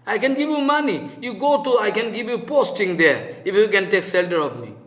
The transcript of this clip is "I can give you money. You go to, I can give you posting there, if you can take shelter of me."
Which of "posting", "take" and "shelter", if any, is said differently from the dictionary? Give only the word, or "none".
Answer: shelter